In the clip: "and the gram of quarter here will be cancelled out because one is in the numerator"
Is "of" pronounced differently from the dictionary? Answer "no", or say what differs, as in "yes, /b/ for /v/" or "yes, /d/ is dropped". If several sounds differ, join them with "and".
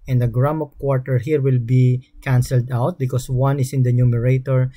yes, /p/ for /v/